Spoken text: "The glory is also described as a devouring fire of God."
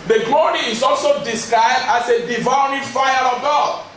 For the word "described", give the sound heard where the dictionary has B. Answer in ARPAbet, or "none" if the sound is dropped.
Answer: none